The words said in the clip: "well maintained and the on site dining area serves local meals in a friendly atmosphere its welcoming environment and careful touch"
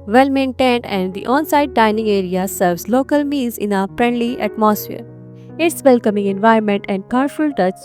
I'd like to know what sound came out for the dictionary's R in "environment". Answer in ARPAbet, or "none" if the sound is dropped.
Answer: none